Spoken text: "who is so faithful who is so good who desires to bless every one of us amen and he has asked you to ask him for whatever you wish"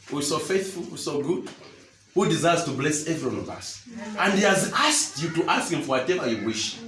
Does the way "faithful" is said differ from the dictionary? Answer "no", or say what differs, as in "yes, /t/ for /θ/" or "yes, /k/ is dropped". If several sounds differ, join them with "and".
no